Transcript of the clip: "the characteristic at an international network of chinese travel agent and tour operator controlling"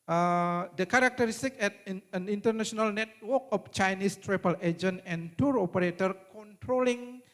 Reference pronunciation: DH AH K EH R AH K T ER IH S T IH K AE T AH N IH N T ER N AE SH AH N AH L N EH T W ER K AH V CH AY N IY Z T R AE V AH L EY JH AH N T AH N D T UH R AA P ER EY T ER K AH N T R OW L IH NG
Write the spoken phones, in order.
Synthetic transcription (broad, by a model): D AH K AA R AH K T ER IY S T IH K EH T AH N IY N T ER N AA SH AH N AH L N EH T W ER K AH F CH AY N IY S T R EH P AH L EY JH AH N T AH N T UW R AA P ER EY T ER K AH N T R OW L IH NG